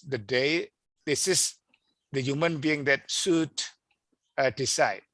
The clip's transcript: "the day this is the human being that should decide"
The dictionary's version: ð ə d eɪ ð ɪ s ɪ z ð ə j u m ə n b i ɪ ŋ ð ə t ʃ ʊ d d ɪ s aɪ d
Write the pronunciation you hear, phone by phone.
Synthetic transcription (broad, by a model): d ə d eɪ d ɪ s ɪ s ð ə j u m ə n b i ɪ ŋ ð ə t s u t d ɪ s aɪ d